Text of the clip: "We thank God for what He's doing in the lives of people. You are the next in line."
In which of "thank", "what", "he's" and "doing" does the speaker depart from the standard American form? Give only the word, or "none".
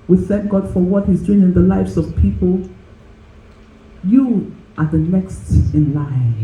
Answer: none